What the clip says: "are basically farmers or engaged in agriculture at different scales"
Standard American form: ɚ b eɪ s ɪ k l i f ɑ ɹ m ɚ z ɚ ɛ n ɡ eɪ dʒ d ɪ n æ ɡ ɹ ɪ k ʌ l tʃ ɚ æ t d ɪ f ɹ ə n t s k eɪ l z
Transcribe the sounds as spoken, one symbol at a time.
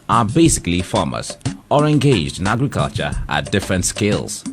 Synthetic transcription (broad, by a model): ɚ b eɪ s ɪ k l i f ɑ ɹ m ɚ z ɚ ɛ n ɡ eɪ dʒ d ɪ n æ ɡ ɹ ɪ k ʌ l tʃ ɚ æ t d ɪ f ɹ ə n t s k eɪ l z